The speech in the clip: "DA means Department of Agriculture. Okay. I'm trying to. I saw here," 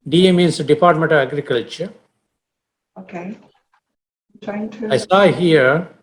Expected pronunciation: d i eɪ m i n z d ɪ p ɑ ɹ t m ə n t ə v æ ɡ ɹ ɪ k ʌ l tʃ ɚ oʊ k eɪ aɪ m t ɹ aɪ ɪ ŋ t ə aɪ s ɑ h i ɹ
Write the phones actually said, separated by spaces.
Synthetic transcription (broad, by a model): d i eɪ m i n s d ɪ p ɑ ɹ t m ə n t ə v æ ɡ ɹ ɪ k ʌ l tʃ ɚ oʊ k eɪ t ɹ aɪ ɪ ŋ t ə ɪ s ɑ h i ɹ